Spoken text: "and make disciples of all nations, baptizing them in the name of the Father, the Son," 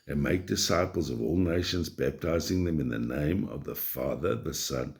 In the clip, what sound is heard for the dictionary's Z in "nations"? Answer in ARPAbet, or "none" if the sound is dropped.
Z